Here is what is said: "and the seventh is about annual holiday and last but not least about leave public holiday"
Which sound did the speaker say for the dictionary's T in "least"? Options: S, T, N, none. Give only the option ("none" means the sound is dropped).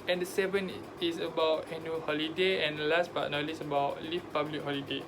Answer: none